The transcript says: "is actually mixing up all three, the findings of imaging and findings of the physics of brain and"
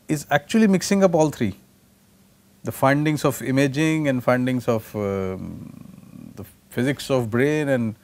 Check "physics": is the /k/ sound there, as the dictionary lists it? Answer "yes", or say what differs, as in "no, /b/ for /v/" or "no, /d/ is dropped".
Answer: yes